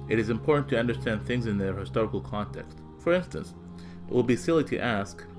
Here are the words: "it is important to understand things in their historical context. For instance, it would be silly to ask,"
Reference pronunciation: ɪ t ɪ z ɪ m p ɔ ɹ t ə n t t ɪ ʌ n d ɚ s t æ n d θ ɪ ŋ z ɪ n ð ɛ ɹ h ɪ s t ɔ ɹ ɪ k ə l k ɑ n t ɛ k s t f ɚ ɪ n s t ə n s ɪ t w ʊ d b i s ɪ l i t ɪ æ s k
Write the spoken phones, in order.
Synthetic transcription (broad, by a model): ɪ t ɪ z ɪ m p ɔ ɹ t n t t ɪ ʌ n d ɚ s t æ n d θ ɪ ŋ z ɪ n ð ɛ ɹ h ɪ s t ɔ ɹ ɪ k l k ɑ n t ɛ k s t f ɚ ɪ n s t ə n s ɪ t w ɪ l b i s ɪ l i t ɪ æ s k